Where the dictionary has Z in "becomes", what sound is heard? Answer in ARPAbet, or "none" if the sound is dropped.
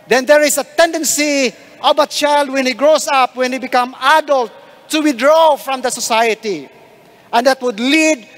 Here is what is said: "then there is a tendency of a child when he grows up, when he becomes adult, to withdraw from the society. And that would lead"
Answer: none